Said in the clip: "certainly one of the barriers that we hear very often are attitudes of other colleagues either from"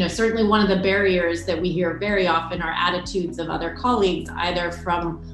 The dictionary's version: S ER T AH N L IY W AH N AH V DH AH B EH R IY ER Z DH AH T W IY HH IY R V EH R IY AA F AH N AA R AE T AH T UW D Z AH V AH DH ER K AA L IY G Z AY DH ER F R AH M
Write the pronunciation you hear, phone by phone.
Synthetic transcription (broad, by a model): S ER T N L IY W AH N AH V DH AH B EH R IY ER Z DH AH T W IY HH IY R V EH R IY AA F AH N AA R AE T AH T UW D Z AH V AH DH ER K AA L IY G Z AY DH ER F R AH M